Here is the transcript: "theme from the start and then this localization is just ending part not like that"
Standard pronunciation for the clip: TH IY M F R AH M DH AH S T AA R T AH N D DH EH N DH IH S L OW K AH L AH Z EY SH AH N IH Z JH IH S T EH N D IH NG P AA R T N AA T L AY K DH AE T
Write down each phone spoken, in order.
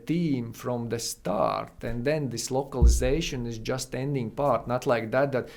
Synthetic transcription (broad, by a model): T IY M F R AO M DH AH S T AA R T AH N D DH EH N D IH S L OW K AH L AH Z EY SH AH N IH Z JH IH S T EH N D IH NG P AA R T N AA T L AY K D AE T